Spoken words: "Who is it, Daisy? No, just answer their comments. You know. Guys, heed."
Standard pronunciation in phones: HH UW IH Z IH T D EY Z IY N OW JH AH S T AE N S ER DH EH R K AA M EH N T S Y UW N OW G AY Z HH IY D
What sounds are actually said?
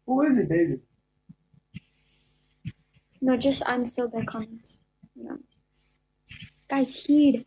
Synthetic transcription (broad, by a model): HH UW IH Z IH T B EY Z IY N OW JH AH S T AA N S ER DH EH K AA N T Y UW N OW G AY Z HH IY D